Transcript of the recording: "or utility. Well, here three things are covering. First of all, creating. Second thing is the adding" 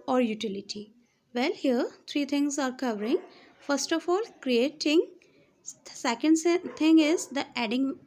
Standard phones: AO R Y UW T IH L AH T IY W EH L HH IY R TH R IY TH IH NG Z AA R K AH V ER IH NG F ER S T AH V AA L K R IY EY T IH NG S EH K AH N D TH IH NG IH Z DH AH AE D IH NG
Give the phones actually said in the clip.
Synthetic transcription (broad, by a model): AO R Y UW T IH L AH T IY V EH L HH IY R T R IY T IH NG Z AA R K AH V ER IH NG F ER S T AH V AA L K R IY EY T IH NG S EH K AH N D T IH NG IH Z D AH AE D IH NG